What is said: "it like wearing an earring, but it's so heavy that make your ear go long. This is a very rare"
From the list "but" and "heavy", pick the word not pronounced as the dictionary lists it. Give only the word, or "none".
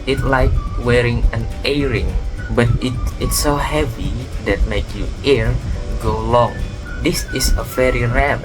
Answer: none